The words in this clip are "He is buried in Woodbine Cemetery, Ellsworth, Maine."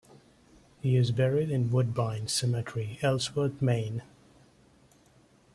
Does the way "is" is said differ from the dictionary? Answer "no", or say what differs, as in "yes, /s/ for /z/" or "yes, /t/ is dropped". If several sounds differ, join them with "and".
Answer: no